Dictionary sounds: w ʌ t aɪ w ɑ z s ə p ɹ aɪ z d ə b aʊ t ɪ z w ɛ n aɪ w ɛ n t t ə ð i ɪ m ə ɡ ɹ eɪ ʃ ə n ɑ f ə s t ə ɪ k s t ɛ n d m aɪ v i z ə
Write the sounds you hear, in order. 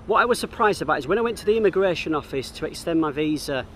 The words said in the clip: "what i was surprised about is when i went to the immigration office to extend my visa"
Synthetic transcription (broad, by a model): w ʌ t aɪ w ɑ z s ə p ɹ aɪ z d ə b aʊ t ɪ z w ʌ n aɪ w ɛ n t t ə ð i ɪ m ə ɡ ɹ eɪ ʃ ə n ɑ f ə s t ə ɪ k s t ɛ n m aɪ v i z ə